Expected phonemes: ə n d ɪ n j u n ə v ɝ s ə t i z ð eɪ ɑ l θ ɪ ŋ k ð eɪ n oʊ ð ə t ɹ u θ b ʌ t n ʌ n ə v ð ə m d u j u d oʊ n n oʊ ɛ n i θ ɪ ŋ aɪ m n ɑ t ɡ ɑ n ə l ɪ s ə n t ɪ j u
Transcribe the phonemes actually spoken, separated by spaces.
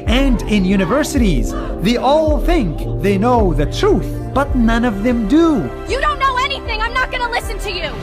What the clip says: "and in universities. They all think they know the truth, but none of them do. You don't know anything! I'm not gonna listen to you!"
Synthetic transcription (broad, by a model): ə n d ɪ n j u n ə v ɝ s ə t i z ð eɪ ɑ l θ ɪ ŋ k ð eɪ n oʊ ð ə t ɹ u θ b ʌ t n ʌ n ə v ð ə m d u j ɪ d oʊ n n oʊ ɛ n i θ ɪ ŋ aɪ m n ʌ t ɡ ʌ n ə l ɪ s ə n t ɪ j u